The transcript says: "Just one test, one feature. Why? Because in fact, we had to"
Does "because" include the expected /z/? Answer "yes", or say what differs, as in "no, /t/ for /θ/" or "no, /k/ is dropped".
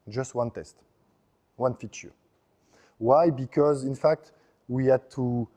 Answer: yes